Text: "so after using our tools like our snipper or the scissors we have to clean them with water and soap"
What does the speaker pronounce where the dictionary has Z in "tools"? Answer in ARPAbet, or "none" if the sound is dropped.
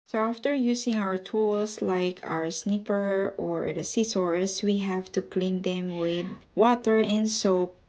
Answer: S